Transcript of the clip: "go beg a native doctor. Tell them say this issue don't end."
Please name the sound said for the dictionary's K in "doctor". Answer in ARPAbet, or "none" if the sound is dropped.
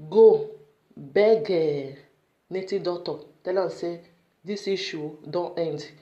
none